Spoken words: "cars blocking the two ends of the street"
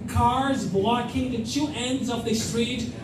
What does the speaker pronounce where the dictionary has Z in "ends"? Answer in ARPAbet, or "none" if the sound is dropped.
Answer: Z